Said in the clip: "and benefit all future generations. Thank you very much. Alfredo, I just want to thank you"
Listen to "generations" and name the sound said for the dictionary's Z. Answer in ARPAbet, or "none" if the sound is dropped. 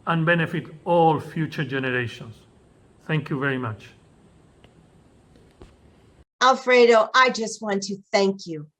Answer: S